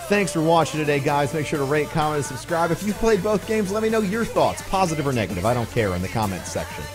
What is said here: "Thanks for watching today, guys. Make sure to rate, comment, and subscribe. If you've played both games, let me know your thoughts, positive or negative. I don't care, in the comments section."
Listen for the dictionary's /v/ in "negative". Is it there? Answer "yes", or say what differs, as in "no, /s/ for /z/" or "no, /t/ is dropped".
yes